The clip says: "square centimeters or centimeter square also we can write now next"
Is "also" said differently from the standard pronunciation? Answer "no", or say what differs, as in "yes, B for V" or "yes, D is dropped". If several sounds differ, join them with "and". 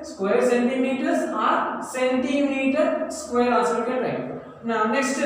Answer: yes, L is dropped